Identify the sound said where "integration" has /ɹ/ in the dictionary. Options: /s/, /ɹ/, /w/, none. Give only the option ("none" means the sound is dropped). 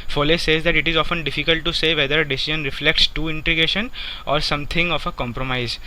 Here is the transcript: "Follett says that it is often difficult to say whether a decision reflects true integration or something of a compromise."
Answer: none